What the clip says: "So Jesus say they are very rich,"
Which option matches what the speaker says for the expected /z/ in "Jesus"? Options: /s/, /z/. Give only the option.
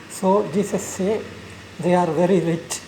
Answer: /s/